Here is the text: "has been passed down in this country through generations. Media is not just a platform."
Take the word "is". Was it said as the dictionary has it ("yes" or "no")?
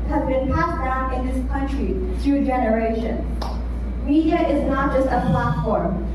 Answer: yes